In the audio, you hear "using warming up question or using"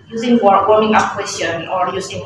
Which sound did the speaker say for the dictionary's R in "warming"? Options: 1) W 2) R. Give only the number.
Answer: 1